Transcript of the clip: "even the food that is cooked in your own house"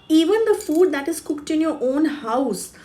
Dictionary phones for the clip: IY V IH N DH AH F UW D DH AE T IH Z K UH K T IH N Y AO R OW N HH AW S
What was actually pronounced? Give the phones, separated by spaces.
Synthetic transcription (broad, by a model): IY V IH N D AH F UW D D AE T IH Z K UH K T IH N Y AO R OW N HH AW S